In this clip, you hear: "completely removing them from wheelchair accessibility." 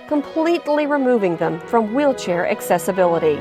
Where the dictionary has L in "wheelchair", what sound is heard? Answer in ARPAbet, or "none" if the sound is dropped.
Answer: L